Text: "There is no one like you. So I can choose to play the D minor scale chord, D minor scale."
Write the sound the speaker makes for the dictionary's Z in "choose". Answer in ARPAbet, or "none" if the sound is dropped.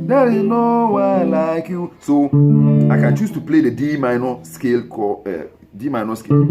S